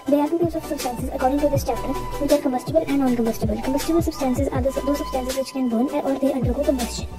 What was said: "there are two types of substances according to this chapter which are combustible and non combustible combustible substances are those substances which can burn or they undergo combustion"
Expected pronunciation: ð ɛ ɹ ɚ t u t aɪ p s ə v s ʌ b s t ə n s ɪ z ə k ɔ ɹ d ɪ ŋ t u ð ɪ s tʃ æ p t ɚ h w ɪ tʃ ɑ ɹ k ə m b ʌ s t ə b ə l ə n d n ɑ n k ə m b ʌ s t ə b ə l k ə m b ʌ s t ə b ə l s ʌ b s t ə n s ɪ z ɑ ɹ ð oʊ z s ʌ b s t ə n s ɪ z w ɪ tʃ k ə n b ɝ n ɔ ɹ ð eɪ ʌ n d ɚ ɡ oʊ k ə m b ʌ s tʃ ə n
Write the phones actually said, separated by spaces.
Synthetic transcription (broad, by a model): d ɛ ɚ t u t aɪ s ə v s ʌ b s t ə n s ɪ z ə k ɔ ɹ d ɪ ŋ t u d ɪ s tʃ æ p t ɚ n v ɪ tʃ ɑ ɹ k ə m b ʌ s t ə b ə l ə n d n ɑ n k ə m b ʌ s t ə b ə l k ə m b ʌ s t ə b ə l s ʌ b s t ə n s ɪ z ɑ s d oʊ s ʌ b s t ə n s ɪ z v ɪ tʃ k ə n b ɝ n ɔ ɹ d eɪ ʌ n d ɚ ɡ oʊ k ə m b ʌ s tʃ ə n